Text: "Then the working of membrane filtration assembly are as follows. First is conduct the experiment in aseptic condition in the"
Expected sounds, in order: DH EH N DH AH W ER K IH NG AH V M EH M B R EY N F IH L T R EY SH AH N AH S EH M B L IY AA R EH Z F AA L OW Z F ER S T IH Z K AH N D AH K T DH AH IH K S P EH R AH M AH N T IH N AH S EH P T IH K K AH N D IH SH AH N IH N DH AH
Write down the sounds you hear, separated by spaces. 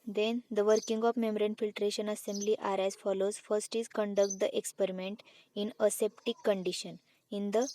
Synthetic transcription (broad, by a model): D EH N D AH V ER K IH NG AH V M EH M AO R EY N F IH L T R EY SH AH N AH S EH M B L IY AA R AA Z F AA L OW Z F ER S T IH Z K AH N D AH K T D AH IH K S P EH R AH M AH N T IH N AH S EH P T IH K K AH N D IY SH AH N IH N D AH